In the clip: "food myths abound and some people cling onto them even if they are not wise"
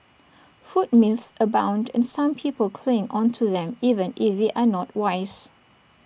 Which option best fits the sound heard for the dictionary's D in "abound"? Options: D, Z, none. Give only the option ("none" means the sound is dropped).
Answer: D